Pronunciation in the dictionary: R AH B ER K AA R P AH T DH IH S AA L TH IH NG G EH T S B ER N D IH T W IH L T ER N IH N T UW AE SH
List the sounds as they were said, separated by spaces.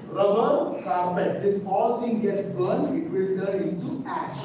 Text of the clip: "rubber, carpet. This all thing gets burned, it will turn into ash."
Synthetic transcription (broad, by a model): R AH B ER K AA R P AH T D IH S AA L T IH NG G EH T S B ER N IH T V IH L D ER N IH N T UW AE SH